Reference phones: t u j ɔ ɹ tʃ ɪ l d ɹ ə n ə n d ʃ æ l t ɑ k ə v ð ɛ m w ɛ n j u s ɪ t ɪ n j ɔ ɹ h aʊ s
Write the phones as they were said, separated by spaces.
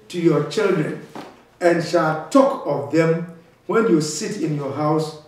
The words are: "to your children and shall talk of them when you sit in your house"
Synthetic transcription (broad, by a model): t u j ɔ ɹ tʃ ɪ l d ɹ ə n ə n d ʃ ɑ l t ɑ k ə v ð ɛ m w ɛ n j u s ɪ t ɪ n j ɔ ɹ h aʊ s